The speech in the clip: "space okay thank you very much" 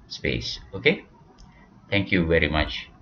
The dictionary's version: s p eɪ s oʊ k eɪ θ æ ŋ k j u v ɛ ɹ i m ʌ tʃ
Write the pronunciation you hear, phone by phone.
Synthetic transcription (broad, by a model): s p eɪ s oʊ k eɪ t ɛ ŋ k j u v ɛ ɹ i m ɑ tʃ